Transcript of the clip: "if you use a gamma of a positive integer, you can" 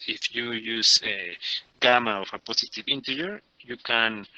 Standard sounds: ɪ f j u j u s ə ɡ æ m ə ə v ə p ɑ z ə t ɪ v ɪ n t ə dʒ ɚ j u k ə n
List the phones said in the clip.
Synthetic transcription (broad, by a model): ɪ f j u j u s ə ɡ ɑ m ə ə f ə p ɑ s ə t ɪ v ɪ n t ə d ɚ j u k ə n